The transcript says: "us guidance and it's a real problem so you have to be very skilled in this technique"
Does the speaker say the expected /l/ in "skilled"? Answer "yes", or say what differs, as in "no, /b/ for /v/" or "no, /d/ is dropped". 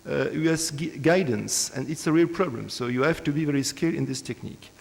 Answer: no, /l/ is dropped